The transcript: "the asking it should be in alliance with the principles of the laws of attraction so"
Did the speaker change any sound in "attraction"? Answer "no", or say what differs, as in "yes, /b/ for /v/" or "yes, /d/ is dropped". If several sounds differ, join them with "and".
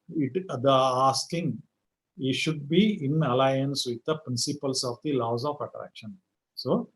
no